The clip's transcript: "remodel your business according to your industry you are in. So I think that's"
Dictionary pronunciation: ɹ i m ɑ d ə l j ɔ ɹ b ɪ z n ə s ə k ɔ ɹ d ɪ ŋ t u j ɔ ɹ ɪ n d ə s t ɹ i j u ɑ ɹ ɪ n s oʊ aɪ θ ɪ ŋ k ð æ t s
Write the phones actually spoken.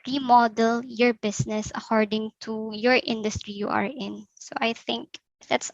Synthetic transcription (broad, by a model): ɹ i m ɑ d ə l j ɔ ɹ b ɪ s n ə s ə k ɔ ɹ d ɪ ŋ t u j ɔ ɹ ɪ n d ə s t ɹ i j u ɑ ɹ ɪ n s oʊ aɪ θ ɪ ŋ k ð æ t s